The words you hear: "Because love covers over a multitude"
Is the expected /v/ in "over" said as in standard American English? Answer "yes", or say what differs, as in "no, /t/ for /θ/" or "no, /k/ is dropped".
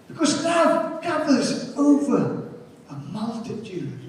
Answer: yes